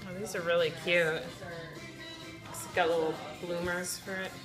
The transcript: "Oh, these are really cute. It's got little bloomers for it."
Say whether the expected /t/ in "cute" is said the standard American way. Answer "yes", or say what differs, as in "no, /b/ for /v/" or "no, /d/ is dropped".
yes